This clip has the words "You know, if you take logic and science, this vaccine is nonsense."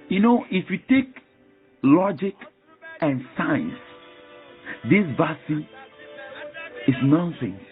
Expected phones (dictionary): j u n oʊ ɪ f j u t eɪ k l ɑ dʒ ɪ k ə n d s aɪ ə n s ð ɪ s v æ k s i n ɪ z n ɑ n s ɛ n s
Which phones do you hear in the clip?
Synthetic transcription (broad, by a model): j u n oʊ ɪ f j u t eɪ k l ɑ dʒ ɪ k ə n s aɪ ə n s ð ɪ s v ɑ s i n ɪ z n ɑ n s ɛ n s